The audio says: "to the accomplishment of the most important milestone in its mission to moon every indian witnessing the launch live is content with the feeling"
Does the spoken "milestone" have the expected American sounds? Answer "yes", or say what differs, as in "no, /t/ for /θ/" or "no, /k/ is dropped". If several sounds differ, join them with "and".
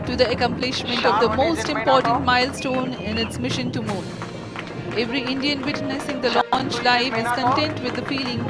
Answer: yes